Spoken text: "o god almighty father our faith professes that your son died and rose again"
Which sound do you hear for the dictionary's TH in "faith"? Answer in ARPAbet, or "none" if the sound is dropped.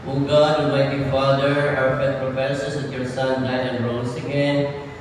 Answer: T